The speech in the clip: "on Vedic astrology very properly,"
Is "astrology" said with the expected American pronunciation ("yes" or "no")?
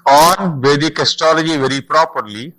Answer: no